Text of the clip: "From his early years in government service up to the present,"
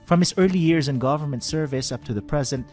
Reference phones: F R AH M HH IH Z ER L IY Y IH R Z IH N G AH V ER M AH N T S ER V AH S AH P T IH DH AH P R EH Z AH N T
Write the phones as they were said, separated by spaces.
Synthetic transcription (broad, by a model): F R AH M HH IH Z ER L IY Y IH R Z IH N G AH V ER M AH N T S ER V AH S AH P T IH DH AH P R EH Z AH N T